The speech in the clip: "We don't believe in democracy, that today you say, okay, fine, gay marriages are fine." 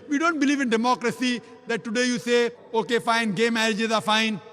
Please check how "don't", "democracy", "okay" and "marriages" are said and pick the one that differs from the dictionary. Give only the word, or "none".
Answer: none